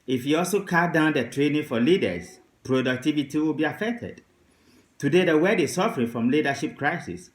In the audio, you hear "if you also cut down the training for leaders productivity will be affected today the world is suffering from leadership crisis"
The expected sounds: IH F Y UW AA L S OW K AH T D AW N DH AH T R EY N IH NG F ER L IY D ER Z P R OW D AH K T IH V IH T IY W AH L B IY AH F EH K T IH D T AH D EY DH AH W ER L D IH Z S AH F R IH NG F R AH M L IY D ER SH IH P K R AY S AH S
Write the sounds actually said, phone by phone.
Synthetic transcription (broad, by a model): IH F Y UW AA L S OW K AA D AW N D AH T R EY N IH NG F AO L IY D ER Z P R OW D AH K T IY V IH T IY W AH L B IY AH F EH K T IH D T AH D EY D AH W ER D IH S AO F R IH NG F R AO M L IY D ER SH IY P K R AY S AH S